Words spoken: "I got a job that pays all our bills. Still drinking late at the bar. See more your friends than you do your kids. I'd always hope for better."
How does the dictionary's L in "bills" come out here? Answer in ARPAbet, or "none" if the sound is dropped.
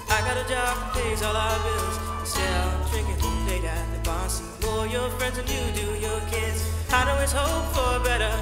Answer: L